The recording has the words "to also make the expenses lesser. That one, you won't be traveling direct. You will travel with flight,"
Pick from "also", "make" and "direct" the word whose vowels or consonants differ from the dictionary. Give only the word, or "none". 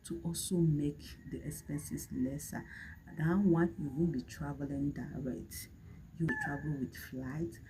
none